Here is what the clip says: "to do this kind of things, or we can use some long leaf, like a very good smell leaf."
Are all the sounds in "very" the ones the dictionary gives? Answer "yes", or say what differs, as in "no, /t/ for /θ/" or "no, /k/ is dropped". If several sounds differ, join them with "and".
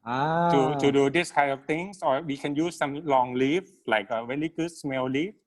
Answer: no, /l/ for /ɹ/